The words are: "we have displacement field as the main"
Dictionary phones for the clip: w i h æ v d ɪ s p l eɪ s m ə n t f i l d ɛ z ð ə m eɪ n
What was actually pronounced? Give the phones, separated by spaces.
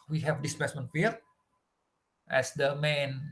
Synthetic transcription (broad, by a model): w i h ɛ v d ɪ s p eɪ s m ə n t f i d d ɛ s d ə m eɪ n